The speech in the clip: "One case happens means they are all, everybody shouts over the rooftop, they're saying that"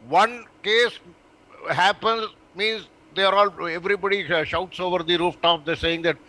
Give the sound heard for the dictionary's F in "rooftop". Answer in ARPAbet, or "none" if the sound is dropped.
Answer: F